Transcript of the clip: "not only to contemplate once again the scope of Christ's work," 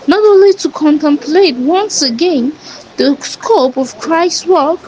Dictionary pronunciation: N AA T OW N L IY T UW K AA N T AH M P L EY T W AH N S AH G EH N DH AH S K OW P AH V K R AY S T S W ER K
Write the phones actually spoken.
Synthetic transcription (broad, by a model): N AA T OW N L IY T UW K AA N T AH M P L EY T W AH N S AH G EH N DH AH S K OW P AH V K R AY S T W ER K